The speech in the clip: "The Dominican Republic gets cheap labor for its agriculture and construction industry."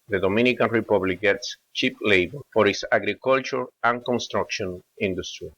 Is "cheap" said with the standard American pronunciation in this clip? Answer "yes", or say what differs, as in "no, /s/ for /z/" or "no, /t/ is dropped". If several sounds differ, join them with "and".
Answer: yes